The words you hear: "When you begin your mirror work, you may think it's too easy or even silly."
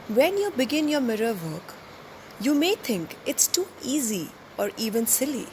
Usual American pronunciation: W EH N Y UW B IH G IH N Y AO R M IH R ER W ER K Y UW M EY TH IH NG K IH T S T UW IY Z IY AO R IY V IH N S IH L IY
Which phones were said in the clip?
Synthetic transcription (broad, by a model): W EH N Y UW B IH G IH N Y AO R M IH R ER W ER K Y UW M EY T IH NG K IH T S T UW IY Z IY AO R IY V IH N S IH L IY